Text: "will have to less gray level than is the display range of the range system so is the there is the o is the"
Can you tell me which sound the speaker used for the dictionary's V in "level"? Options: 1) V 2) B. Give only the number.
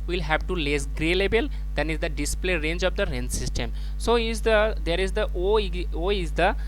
2